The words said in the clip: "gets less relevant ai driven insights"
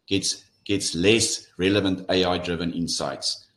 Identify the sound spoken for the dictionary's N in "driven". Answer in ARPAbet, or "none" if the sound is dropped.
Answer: N